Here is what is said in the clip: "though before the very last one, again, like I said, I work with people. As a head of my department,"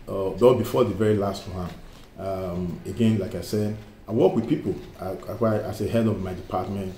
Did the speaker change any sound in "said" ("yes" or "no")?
no